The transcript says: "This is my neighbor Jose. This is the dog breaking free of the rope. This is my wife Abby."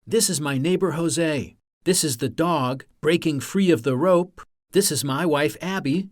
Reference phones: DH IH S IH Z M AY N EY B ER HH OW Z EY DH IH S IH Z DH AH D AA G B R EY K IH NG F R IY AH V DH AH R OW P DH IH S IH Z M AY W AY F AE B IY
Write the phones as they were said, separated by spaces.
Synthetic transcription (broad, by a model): DH IH S IH Z M AY N EY B ER HH OW Z EY DH IH S IH Z DH AH D AA G B R EY K IH NG F R IY AH V DH AH R OW P DH IH S IH Z M AY W AY F AE B IY